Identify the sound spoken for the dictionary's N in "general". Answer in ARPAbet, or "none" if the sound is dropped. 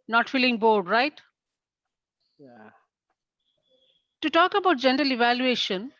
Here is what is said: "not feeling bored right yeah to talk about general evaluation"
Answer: N